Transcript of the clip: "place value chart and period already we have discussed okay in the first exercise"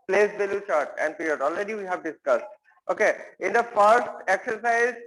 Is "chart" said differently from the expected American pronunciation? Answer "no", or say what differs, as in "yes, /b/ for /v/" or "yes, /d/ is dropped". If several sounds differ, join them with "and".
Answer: no